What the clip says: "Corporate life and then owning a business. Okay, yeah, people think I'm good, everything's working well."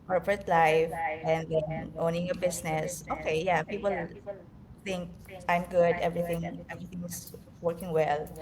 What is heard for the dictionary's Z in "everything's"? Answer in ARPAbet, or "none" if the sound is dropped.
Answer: S